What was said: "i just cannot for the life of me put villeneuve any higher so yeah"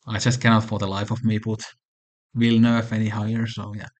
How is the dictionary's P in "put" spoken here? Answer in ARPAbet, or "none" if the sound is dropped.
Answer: B